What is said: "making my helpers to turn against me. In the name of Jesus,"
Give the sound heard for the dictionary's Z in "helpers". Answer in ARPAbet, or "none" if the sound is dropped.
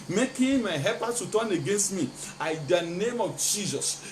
none